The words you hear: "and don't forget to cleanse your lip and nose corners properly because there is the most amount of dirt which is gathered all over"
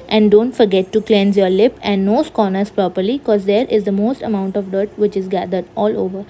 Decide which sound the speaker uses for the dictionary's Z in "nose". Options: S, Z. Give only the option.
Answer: S